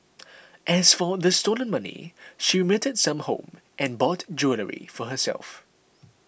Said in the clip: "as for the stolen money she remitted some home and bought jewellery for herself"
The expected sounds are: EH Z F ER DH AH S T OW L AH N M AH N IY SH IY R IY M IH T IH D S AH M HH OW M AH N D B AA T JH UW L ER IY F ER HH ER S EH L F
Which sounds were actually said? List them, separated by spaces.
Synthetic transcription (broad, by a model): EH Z F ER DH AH S T OW L AH N M AH N IY SH IY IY M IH T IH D S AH M HH OW M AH N B AA T JH UW L ER IY F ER HH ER S EH L F